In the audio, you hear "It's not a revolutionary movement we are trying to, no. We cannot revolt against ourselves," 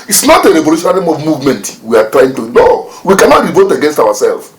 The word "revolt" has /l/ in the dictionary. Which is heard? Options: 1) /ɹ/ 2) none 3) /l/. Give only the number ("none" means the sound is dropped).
2